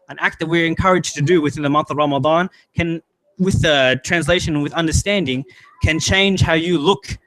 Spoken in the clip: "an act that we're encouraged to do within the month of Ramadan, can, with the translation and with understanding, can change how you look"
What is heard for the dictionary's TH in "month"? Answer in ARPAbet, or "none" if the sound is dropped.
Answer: TH